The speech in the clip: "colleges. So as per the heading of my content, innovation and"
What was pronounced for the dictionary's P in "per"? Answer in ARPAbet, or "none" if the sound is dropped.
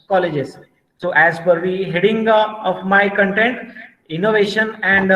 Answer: F